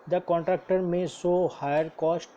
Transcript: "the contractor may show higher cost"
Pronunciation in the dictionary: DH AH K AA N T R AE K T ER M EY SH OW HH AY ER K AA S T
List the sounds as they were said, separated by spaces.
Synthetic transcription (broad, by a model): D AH K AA N T R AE K T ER M EY S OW HH AY ER K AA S T